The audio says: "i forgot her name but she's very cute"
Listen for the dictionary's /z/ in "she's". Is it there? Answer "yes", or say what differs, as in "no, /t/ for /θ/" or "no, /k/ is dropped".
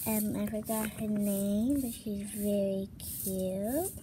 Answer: yes